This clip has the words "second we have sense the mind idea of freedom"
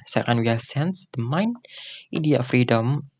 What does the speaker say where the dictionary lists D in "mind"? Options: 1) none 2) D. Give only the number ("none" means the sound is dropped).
1